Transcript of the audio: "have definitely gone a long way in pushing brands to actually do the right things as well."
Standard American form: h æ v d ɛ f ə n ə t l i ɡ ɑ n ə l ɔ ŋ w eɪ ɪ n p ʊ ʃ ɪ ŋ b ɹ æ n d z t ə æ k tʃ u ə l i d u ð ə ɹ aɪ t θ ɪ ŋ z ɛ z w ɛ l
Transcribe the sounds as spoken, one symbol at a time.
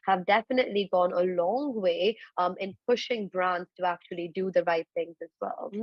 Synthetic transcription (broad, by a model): h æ v d ɛ f ə n ə t l i ɡ ɑ n ə l ɔ ŋ w eɪ ɪ n p ʊ ʃ ɪ ŋ b ɹ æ n d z t ə æ k tʃ u ə l i d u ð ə ɹ aɪ t θ ɪ ŋ z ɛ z w ɛ l